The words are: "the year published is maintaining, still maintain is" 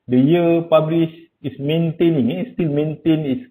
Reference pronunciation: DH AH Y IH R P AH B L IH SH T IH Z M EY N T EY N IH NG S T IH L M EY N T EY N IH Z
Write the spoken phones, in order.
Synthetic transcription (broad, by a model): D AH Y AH P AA B L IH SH IH S M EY N T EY N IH NG S T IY L M EY N T EY N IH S